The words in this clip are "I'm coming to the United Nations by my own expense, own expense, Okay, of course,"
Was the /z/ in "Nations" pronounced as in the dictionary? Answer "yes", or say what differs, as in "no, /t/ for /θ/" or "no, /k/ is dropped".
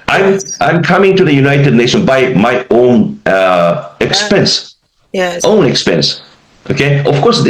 no, /z/ is dropped